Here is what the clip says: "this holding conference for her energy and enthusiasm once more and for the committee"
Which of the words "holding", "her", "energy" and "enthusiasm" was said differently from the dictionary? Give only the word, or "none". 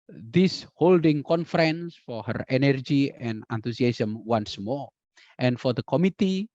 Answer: enthusiasm